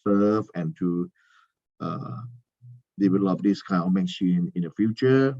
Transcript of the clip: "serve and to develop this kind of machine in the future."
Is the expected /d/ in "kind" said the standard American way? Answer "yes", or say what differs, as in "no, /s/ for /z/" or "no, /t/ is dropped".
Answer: no, /d/ is dropped